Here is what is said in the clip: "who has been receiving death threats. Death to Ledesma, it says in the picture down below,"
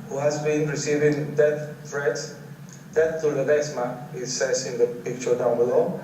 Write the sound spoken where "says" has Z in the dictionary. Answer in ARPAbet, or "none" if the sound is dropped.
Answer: S